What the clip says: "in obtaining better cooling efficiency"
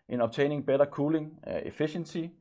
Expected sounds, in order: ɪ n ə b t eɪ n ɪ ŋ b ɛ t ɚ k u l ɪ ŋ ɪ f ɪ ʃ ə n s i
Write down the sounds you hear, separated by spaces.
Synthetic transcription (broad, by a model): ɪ n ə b s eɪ n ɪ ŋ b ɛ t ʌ k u l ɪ ŋ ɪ f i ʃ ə n s i